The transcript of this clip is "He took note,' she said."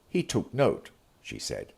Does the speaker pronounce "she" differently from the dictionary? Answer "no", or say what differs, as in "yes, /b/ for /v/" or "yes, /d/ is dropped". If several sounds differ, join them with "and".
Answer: no